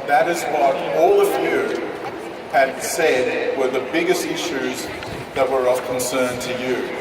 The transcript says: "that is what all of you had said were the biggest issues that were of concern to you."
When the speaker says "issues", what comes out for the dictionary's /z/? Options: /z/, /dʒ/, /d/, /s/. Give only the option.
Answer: /z/